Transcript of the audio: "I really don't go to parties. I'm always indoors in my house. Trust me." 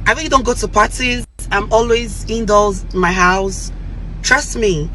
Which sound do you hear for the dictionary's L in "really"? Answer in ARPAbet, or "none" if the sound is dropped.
none